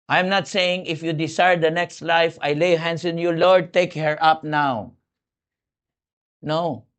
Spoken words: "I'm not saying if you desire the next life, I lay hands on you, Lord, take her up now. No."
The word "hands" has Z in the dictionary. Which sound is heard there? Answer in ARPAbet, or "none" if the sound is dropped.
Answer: S